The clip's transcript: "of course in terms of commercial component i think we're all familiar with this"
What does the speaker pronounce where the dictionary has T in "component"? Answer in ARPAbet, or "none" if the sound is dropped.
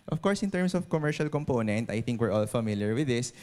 T